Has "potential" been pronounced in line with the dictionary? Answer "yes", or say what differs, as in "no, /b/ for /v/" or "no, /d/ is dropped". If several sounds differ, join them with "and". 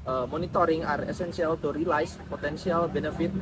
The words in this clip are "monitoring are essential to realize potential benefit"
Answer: no, /s/ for /ʃ/